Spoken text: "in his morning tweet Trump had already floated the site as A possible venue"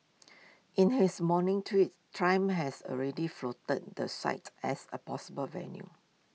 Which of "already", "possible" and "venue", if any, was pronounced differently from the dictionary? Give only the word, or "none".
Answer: none